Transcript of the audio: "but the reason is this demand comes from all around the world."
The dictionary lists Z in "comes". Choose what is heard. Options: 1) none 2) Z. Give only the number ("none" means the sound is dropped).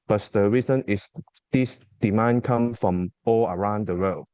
1